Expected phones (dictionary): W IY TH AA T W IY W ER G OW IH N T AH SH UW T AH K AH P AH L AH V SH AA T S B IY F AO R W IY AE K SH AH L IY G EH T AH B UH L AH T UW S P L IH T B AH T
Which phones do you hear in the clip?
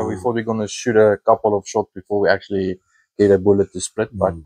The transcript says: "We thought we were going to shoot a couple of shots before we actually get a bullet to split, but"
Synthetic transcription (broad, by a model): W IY F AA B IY G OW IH N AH SH UW T AH K AH P AH L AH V SH AA T S B IY F AO R W IY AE K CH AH L IY G EH T AH B UH L AH T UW S P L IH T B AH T